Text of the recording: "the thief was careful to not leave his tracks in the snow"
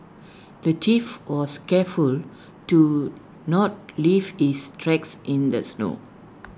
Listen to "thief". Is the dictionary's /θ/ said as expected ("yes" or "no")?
no